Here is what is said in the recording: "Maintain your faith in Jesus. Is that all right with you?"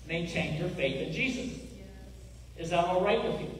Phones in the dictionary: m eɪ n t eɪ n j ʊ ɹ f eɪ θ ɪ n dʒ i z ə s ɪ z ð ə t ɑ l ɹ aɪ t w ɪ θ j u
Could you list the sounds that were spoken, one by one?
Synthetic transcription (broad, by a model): m eɪ n t eɪ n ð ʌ ɹ f eɪ θ ɪ n dʒ i z ə s ɪ z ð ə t ɑ l ɹ aɪ t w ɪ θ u